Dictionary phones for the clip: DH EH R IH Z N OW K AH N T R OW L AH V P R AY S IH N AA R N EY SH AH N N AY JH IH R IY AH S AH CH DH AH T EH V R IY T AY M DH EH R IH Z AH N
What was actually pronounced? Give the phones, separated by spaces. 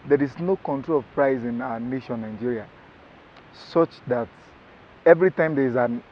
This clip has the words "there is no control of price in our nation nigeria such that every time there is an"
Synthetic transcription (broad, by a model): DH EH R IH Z N OW K AH N T R OW L AH V P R AY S IH N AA N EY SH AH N N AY JH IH R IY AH S AH CH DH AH T EH V R IY T AY M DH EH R IH Z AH N